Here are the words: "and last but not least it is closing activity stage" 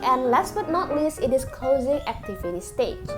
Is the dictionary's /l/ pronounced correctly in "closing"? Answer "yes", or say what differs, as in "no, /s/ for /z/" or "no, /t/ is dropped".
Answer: yes